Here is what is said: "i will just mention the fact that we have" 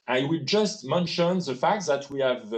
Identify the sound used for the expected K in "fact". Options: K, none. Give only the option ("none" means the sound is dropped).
K